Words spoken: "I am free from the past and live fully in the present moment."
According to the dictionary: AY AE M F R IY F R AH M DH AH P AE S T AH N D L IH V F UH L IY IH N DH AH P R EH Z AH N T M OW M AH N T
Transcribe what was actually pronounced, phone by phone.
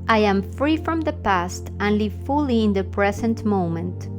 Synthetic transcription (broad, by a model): AY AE M F R IY F R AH M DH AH P AE S T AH N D L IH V F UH L IY IH N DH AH P R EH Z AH N T M OW M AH N T